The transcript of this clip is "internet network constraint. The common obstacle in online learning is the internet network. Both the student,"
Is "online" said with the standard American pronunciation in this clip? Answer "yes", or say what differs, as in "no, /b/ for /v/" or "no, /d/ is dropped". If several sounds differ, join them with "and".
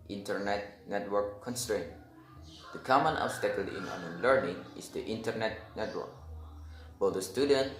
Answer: no, /l/ is dropped